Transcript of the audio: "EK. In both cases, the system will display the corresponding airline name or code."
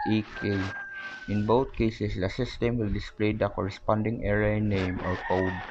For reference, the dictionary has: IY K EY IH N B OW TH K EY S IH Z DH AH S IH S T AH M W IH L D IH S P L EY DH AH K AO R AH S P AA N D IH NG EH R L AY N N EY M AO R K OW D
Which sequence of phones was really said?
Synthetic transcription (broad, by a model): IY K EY IH N B OW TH K EY S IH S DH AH S IH S T AH M W IH L D IH S P L EY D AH K AO R AH S P AA N D IH NG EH R AY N N EY M AO R K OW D